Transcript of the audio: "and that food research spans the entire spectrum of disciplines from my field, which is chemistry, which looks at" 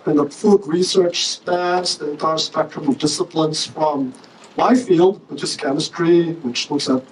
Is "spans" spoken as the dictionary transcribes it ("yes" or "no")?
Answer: no